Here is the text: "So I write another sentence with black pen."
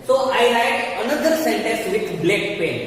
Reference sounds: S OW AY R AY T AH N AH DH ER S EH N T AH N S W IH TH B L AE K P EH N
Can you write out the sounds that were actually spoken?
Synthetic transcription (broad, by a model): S OW AY L AY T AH N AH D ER S EH N T AH N S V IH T B L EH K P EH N